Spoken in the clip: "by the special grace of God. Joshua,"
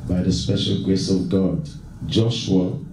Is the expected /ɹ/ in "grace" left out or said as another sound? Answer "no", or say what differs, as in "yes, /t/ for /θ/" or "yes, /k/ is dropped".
no